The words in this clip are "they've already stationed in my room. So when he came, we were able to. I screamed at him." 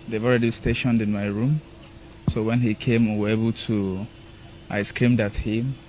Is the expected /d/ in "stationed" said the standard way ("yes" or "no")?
yes